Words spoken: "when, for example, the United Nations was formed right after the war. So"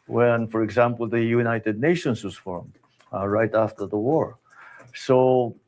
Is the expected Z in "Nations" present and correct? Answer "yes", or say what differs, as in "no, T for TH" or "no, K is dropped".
no, S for Z